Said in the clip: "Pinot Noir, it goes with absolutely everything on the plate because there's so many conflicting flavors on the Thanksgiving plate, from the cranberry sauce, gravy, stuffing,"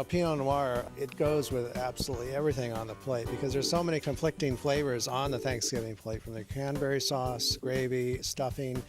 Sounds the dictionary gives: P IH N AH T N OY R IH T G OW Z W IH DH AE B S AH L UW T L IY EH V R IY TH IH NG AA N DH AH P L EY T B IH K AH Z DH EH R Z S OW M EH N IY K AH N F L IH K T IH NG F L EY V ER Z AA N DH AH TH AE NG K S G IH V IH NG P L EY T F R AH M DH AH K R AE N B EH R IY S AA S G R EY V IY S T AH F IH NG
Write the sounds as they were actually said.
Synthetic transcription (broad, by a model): P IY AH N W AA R IH T G OW Z W IH DH AE B S AH L UW T L IY EH V R IY TH IH NG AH N DH AH P L EY T B IH K AH Z DH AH R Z S OW M EH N IY K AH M F L IH K T IH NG F L EY V ER Z N DH AH TH AE NG K S G IH V IH NG P L EY T F R AH M DH AH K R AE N B EH R IY S AA S G R EY V IY S T AH F IH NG